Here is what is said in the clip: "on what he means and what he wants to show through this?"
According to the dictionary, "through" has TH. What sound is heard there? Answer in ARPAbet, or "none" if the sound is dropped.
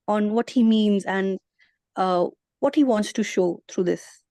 T